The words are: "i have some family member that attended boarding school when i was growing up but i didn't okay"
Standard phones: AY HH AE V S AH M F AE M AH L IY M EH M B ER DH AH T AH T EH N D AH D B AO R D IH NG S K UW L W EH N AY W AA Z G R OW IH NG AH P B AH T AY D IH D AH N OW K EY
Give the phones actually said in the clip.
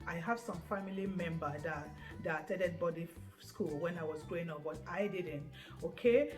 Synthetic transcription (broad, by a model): AY HH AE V S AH M F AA M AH L IY M EH M B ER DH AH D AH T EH D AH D B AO D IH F S K UW L W EH N AY W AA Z G R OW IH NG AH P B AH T AY D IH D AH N OW K EY